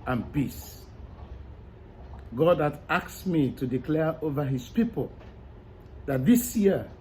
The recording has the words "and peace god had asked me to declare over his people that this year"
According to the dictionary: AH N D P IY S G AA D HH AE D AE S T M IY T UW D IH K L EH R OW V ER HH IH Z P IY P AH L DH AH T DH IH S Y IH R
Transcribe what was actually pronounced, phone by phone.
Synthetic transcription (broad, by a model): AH N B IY S G AA D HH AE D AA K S M IY T UW D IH K L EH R OW V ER HH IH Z P IY P AH L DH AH T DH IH S Y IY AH